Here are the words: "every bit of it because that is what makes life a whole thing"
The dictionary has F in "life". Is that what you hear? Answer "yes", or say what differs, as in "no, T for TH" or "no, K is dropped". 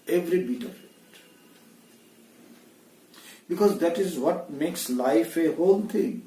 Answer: yes